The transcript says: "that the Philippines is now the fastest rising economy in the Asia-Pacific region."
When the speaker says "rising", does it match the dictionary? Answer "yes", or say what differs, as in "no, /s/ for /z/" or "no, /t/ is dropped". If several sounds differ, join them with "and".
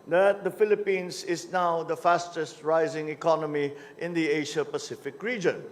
yes